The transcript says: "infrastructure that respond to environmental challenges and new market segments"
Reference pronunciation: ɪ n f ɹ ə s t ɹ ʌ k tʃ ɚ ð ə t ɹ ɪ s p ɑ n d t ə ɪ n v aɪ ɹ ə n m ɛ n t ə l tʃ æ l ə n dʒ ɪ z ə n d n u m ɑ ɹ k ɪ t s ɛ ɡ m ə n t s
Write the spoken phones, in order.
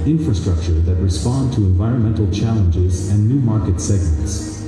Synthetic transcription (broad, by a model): ɪ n f ɹ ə s t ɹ ʌ k tʃ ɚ ð ə t ɹ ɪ s p ɑ n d t ə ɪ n v aɪ ɹ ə n m ɛ n t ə l tʃ æ l ə n dʒ ɪ z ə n n u m ɑ ɹ k ɪ t s ɛ ɡ m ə n t s